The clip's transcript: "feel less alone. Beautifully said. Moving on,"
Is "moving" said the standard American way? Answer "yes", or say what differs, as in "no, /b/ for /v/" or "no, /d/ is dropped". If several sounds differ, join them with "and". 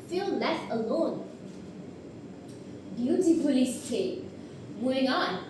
no, /v/ is dropped